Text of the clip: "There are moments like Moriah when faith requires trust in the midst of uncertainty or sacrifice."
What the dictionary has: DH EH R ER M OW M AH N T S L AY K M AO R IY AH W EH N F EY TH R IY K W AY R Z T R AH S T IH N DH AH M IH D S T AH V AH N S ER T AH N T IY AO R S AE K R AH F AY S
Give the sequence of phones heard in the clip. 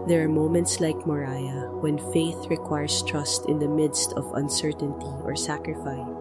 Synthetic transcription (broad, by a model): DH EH R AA M OW M AH N T S L AY K M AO R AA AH W EH N F EY TH R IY K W AY R S T R AH S T IH N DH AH M IH D S T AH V AH N S ER T AH N T IY AO R S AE K R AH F AY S